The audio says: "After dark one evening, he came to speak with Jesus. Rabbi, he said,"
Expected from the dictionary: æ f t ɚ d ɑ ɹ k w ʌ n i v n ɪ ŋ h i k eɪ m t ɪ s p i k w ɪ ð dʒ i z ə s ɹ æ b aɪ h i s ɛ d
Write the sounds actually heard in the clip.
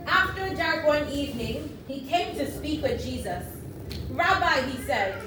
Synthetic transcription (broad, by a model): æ f t ɚ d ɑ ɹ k w ʌ n i v n ɪ ŋ h i k eɪ m t ɪ s p i k w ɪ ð dʒ i z ə s ɹ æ b aɪ h i s ɛ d